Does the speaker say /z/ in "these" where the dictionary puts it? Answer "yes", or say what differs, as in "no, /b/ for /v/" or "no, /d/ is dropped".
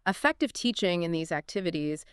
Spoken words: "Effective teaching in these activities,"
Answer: yes